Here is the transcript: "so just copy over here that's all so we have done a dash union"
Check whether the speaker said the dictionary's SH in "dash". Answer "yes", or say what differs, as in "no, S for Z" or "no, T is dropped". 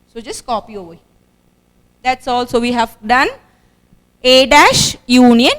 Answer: yes